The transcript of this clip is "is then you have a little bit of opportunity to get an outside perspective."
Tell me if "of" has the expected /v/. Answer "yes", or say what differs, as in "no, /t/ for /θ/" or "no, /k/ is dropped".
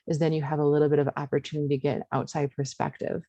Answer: yes